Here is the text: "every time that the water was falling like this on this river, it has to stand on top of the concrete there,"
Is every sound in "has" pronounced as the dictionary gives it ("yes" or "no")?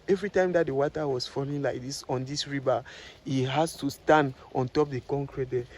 no